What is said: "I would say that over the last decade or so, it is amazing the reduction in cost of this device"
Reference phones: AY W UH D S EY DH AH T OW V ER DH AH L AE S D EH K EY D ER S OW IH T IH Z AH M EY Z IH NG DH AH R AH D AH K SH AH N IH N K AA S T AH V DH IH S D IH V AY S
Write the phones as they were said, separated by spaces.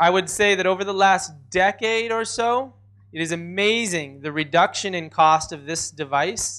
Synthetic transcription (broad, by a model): AY W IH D S EY DH AH T OW V ER DH AH L AE S D EH K EY D ER S OW IH T IH Z AH M EY Z IH NG DH AH R AH D AH K SH AH N IH N K AA S T AH V DH IH S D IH V AY S